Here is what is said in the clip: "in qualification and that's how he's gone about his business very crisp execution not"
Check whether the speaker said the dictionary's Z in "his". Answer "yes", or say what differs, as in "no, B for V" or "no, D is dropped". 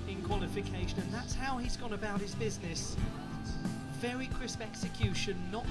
yes